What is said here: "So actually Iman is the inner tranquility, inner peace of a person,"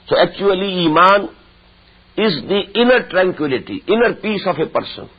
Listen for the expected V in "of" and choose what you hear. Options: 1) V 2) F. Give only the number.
2